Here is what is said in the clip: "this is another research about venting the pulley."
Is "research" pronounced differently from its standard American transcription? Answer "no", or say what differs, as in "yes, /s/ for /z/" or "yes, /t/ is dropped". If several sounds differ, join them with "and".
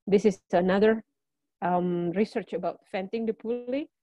no